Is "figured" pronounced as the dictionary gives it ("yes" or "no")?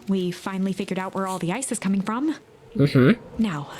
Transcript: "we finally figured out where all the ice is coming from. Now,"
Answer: yes